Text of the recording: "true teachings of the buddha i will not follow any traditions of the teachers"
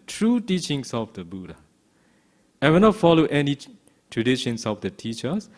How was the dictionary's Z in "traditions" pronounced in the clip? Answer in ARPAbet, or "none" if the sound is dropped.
S